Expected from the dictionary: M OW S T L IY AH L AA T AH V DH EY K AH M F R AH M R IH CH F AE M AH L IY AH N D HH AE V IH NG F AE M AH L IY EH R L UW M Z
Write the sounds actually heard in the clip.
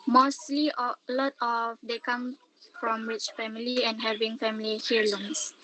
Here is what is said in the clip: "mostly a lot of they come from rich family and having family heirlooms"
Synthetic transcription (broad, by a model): M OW S T L IY AH L AA T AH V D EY K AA M F R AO M W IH CH F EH M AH L IY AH N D HH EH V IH NG F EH M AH L IY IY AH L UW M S